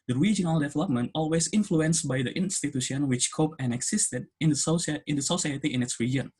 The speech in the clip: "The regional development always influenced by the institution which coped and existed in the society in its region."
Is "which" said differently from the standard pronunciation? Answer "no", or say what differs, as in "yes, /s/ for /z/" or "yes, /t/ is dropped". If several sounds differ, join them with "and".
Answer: no